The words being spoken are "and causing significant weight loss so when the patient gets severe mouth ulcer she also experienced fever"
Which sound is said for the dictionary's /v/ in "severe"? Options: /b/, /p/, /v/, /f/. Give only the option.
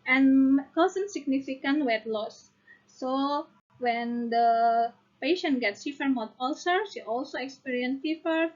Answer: /f/